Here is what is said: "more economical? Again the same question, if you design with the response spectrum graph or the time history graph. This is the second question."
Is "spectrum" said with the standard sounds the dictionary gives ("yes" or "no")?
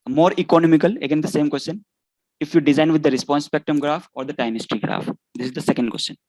no